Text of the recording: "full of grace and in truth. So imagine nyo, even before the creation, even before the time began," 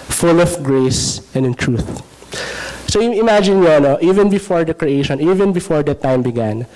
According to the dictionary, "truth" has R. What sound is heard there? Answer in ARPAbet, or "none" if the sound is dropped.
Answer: R